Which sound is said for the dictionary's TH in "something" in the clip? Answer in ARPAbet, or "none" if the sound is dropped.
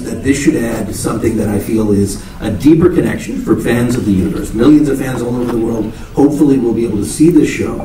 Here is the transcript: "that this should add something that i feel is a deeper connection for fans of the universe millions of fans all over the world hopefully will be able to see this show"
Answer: TH